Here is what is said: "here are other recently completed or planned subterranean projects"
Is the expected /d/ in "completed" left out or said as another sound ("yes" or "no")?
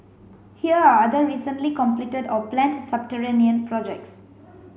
no